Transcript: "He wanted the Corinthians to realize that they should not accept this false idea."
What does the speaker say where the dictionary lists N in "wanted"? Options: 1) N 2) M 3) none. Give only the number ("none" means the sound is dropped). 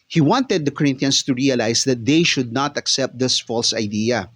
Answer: 1